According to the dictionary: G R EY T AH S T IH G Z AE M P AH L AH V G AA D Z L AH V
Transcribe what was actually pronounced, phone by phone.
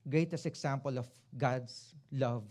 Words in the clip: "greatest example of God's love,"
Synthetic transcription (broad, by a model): G R EY T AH S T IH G S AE M P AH L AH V G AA D S L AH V